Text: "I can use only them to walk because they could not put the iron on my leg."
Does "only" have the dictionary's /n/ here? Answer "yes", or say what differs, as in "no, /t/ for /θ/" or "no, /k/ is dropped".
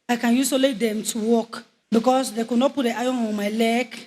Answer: no, /n/ is dropped